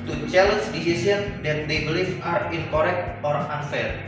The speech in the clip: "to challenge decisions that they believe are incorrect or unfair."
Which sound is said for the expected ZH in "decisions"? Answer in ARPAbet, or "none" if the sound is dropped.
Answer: S